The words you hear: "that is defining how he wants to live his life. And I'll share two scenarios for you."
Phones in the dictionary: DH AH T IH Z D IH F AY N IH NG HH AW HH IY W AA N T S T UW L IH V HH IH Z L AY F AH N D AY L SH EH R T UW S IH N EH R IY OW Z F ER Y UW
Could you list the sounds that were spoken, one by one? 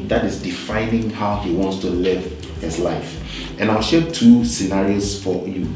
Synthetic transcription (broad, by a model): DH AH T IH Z D IH F AY N IH NG HH AW HH IY W AA N T S T UW L IH V HH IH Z L AY F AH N AY L SH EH T UW S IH N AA R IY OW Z F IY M